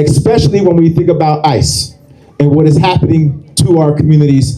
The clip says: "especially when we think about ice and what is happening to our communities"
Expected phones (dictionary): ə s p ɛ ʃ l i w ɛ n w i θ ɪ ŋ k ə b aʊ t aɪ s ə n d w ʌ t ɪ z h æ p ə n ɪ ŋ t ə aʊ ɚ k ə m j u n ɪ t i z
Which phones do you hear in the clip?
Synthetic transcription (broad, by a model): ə s p ɛ ʃ l i w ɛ n w i θ ɪ ŋ k ə b aʊ t aɪ s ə n w ʌ t ɪ z h æ p ə n ɪ ŋ t ə aʊ ɚ k m j u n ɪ t i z